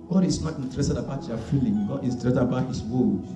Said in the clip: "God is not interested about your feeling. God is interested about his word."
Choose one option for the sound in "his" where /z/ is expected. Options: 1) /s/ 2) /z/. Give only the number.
1